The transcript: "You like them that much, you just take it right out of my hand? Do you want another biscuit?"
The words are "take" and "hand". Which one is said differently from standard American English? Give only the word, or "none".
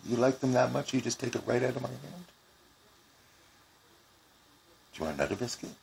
none